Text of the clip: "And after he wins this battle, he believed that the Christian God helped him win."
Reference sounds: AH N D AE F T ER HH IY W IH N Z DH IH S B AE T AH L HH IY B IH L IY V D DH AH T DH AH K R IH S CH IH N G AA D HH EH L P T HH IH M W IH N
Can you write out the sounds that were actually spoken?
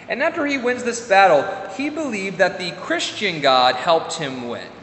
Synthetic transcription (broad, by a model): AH N AE F T ER IY W IH N Z DH IH S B AE T L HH IY B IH L IY V DH AH T DH AH K R IH S CH IH N G AA D HH EH L P T HH IH M W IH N